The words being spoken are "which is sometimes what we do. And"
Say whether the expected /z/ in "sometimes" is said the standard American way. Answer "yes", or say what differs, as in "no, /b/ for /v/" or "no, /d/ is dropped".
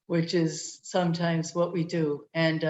yes